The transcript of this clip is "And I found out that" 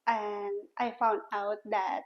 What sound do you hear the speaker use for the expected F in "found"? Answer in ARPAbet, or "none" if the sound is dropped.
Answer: F